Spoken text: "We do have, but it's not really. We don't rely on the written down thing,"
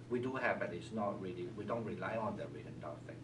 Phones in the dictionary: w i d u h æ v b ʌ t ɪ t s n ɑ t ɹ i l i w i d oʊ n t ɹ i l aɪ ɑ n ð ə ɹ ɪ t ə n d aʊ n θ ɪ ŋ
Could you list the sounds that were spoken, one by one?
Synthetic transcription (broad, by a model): w i d u h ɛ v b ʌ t ɪ t s n ɑ t ɹ i l i w i d oʊ n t ɹ i l aɪ ɑ n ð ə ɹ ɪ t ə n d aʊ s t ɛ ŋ